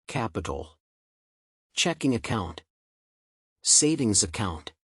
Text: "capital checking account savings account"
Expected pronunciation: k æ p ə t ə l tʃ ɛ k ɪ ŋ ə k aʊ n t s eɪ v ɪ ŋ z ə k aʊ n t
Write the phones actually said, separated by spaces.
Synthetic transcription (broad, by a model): k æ p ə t l tʃ ɛ k ɪ ŋ ə k aʊ n t s eɪ v ɪ ŋ z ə k aʊ n t